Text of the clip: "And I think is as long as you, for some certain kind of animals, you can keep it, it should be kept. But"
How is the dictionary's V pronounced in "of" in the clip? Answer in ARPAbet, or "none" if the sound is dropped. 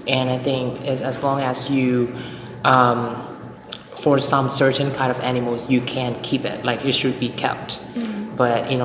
V